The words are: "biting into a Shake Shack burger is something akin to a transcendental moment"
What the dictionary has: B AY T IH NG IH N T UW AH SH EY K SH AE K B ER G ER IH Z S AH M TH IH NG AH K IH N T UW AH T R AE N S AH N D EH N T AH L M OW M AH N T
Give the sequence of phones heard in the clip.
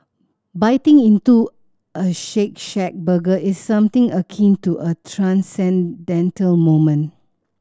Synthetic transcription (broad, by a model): B AY T IH NG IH N T UW AH SH EY K SH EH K B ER G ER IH S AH M T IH NG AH K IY N T UW AH T R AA N S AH N D EH N T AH L M OW M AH N